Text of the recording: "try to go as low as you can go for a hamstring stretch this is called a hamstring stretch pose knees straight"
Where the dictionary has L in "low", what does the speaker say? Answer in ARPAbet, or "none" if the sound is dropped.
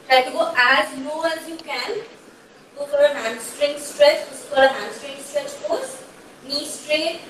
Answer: N